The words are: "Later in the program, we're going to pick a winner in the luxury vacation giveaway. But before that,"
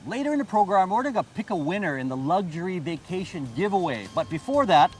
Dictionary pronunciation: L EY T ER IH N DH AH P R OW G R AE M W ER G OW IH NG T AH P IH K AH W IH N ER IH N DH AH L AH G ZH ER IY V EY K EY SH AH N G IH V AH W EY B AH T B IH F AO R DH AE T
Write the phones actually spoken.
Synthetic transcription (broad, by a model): L EY T ER IH N DH AH P R OW G R AE M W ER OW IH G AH P IH K AH W IH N ER IH N DH AH L AH G ZH ER IY V EY K EY SH AH N G IH V AH W EY B AH T B IH F AO R DH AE T